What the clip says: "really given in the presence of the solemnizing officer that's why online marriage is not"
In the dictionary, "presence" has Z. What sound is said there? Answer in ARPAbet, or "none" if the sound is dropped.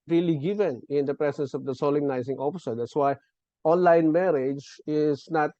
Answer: S